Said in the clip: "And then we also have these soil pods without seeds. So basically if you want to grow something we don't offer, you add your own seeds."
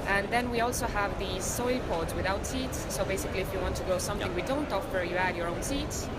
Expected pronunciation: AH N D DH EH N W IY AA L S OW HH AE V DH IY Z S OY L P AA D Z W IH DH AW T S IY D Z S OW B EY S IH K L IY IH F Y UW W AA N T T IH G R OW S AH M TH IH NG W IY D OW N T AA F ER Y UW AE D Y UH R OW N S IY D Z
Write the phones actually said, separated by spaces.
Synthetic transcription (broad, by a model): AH N DH EH N W IY AA L S OW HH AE V DH IY Z S OY L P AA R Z W IH DH AW T S IY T S OW B EY S IH K L IY IH F Y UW W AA N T T IH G OW S AH M TH IH NG W IY D OW N T AA F ER Y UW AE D Y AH R OW N S IY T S